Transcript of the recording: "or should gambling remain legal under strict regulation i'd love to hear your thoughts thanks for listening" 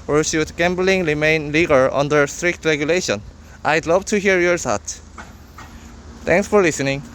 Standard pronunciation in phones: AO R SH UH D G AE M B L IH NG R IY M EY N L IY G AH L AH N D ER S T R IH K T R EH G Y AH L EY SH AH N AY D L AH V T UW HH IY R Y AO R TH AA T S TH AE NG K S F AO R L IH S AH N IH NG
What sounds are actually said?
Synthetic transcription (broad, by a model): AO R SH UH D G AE M B L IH NG R IY M EY N L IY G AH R AH N D ER S T R IH K T R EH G Y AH L EY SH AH N AY D L AH V T UW HH IY R Y AO R S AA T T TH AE NG K S F AO R L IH S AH N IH NG